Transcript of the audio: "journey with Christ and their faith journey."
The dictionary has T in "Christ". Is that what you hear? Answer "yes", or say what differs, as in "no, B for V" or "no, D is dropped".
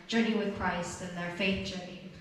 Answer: yes